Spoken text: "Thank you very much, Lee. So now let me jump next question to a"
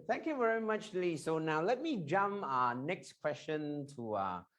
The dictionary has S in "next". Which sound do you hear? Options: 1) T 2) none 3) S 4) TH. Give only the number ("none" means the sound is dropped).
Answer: 3